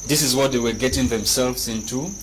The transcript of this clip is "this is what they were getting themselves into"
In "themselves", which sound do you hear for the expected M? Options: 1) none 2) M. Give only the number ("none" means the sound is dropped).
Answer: 2